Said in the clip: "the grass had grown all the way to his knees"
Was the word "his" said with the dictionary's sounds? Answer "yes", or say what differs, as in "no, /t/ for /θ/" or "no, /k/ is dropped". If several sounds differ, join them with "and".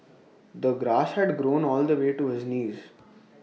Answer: yes